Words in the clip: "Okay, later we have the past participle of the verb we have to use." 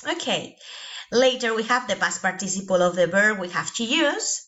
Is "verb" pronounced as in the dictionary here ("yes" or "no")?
no